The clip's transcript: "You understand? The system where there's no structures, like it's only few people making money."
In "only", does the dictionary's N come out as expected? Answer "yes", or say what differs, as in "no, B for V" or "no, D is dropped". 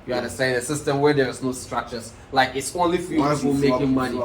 yes